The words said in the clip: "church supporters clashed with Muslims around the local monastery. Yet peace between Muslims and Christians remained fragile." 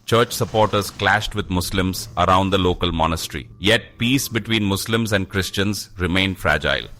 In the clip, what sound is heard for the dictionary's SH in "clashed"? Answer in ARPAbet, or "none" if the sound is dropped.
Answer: SH